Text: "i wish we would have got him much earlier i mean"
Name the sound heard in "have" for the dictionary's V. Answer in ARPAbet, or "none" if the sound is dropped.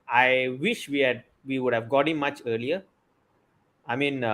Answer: V